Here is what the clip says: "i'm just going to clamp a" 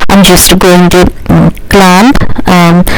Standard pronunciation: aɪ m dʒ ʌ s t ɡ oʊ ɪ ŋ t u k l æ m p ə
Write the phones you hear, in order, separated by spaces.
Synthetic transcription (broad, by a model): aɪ m dʒ ʌ s t ɡ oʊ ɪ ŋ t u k l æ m ə